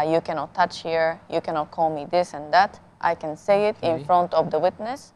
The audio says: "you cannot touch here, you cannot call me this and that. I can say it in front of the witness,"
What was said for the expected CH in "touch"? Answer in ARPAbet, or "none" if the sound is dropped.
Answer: CH